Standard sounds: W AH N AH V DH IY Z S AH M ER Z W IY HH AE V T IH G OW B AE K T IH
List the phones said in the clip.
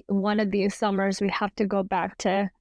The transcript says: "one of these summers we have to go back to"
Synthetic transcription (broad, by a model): W AH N AH V DH IY Z S AH M ER Z W IY HH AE F T IH G OW B AE K T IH